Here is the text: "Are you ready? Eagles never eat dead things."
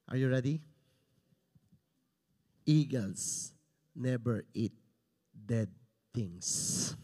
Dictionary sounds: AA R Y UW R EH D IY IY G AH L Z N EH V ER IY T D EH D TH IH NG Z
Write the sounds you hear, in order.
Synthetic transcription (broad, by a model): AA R Y UW R EH D IY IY G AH L S N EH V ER IY T D EH D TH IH NG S